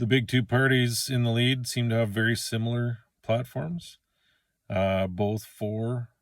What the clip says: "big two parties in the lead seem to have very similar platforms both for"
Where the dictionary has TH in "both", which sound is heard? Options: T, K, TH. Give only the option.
TH